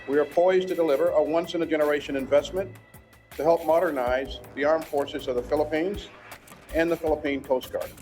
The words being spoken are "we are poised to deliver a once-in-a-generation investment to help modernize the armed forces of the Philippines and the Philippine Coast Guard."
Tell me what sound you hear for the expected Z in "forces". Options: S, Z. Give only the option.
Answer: Z